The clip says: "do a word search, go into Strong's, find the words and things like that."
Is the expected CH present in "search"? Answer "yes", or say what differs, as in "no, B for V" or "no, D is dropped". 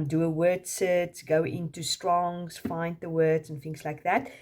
no, S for CH